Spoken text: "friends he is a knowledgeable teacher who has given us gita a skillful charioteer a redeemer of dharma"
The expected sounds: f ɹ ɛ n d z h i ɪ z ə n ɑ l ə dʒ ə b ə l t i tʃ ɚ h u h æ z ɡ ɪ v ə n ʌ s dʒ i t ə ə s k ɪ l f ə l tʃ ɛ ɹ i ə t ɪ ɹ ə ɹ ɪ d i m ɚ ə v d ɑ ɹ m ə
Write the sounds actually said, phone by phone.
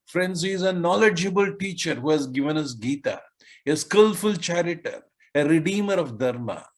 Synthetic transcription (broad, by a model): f ɹ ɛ n d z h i ɪ z ə n ɑ l ə dʒ ə b ə l t i tʃ ɚ h u h æ z ɡ ɪ v ə n ʌ s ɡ i t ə ə s k ɪ l f ə l tʃ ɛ ɹ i t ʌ ɹ ə ɹ ɪ d i m ɚ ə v d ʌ ɹ m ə